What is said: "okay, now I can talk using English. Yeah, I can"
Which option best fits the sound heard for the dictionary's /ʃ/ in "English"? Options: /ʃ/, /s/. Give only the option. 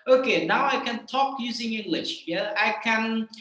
/ʃ/